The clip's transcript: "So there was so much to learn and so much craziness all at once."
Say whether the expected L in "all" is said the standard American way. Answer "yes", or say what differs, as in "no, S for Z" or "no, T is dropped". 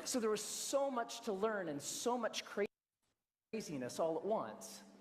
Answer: yes